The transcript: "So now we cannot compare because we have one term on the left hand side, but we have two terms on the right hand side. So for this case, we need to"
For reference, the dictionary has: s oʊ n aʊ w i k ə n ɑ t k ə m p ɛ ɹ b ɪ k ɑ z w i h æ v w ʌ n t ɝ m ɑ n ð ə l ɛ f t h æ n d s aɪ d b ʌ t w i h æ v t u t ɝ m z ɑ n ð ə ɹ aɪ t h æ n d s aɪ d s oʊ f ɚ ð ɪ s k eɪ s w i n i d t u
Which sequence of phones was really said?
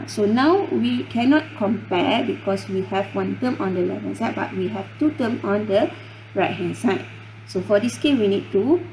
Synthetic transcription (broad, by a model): s oʊ n aʊ w i k ə n ɑ t k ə m p ɛ b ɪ k ɑ s w i h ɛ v w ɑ n t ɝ m ɑ n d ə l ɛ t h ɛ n s aɪ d b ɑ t w i h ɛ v t u t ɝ m ɑ n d ə ɹ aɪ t h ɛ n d s aɪ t s oʊ f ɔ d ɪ s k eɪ w i n i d t u